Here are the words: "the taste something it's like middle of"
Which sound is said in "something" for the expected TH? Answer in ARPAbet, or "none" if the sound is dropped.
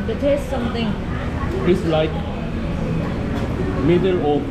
T